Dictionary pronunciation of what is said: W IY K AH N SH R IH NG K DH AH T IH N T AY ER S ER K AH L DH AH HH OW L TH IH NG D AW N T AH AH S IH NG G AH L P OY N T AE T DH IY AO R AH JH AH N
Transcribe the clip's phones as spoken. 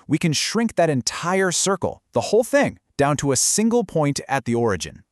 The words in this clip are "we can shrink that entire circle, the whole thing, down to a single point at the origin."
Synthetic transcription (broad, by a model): W IY K AH N SH R IH NG K DH AH T IH N T AY ER S ER K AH L DH AH HH OW L TH IH NG D AW N T AH AH S IH NG G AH L P OY N T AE T DH IY AO R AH JH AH N